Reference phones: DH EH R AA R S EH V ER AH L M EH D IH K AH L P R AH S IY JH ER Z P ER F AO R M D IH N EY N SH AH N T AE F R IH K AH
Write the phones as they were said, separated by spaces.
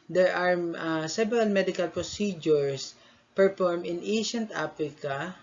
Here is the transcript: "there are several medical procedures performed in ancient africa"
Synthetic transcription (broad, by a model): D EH R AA R S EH B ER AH L M EH D IH K AH L P R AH S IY JH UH S P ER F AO R M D IH N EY SH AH N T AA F R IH K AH